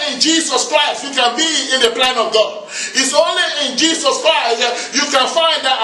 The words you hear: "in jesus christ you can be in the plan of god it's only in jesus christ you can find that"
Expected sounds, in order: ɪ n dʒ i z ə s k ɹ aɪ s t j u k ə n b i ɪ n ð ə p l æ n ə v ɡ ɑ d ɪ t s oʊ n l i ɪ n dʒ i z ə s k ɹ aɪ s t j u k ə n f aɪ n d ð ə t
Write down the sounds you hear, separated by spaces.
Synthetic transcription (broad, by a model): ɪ n dʒ i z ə s k ɹ aɪ s t j u k ə n b i ɪ n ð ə p l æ n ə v ɡ ɑ d ɪ t s oʊ n l i ɪ n dʒ i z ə s k ɹ aɪ s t j u k ə n f aɪ n d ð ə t